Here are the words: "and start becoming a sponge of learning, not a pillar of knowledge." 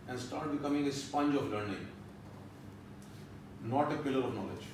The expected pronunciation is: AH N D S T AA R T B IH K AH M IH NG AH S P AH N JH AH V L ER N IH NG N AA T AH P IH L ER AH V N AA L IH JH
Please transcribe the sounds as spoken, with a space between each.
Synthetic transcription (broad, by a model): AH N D S T AA R T B IH K AH M IH NG AH S P AH N JH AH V L ER N IH NG N AA T AH P IH L ER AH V N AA L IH JH